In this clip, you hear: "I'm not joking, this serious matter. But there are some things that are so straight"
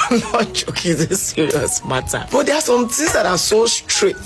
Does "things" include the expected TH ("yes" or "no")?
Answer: no